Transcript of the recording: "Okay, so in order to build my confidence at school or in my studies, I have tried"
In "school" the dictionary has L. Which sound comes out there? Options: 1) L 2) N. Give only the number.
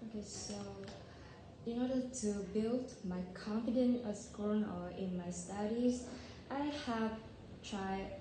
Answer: 2